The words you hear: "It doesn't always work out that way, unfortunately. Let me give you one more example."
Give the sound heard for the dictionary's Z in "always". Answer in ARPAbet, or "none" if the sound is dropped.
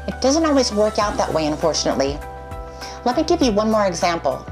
Z